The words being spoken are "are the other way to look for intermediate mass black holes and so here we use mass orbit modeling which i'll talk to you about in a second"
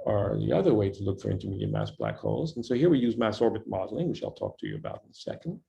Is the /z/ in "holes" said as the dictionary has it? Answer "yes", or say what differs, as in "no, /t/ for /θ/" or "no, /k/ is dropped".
yes